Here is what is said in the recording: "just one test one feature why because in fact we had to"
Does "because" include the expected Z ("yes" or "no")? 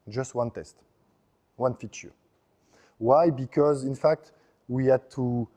yes